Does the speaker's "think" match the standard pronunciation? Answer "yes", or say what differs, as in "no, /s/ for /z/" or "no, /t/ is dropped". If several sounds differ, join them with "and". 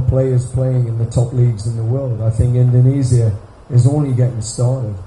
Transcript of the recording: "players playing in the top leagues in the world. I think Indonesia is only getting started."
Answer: yes